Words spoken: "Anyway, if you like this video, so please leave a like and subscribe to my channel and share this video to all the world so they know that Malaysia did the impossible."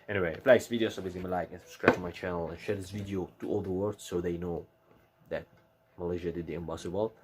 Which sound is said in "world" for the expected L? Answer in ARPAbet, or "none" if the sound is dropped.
none